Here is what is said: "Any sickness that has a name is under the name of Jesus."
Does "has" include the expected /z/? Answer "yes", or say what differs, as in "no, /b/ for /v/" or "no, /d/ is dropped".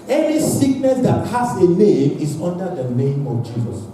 no, /s/ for /z/